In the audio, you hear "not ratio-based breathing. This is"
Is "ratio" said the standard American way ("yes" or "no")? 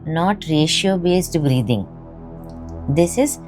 yes